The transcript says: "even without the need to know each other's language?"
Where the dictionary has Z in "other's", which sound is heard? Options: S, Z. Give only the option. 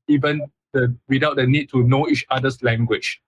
S